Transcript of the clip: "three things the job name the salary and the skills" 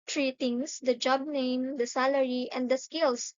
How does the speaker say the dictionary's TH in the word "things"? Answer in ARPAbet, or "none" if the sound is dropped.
T